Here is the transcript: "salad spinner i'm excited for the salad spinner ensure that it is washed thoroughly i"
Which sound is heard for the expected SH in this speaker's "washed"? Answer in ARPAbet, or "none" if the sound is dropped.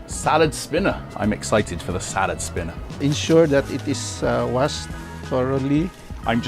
S